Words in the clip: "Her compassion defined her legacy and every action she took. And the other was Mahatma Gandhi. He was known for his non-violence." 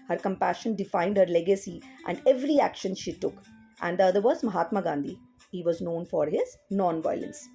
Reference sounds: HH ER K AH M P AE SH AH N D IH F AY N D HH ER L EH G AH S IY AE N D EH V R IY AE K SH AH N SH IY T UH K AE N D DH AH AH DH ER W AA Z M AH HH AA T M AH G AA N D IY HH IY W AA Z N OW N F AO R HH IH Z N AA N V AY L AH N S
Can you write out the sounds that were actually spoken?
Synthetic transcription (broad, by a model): HH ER K AH M P AE SH AH N D IH F AY N D HH ER L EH G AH S IY AE N D EH V R IY AE K SH AH N SH IY T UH K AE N D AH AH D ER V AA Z M AH HH AA T M AH G AA N D IY HH IY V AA Z N OW N F AO R HH IH Z N AA N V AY L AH N S